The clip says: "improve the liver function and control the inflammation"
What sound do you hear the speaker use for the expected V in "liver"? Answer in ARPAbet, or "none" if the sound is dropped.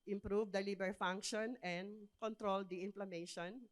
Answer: B